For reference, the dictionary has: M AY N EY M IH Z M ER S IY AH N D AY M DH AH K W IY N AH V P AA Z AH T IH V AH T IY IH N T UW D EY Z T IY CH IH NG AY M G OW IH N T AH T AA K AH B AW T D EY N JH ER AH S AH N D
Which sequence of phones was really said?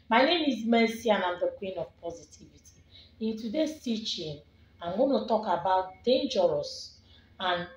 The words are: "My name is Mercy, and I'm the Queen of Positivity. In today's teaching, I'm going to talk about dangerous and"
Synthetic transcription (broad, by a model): M AY N EY M IH Z M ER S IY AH N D AY M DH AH K W IY N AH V P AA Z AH T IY V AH T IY IH N T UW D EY S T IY CH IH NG AY M G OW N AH T AA K AH B AW T D EY N JH ER AH S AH N